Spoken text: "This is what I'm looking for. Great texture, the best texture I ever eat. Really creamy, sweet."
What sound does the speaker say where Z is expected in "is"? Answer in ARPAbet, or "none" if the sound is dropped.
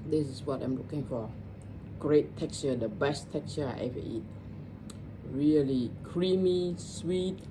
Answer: S